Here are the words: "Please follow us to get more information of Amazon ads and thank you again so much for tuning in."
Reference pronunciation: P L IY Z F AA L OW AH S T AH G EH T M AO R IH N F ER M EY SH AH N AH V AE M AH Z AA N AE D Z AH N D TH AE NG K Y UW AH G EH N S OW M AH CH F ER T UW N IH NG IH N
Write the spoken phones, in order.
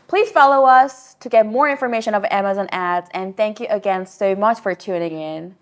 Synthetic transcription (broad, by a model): P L IY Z F AA L OW AH S T AH G EH T M AO R IH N F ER M EY SH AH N AH V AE M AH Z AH N AE D Z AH N TH AE NG K Y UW AH G EH N S OW M AH CH F ER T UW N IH NG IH N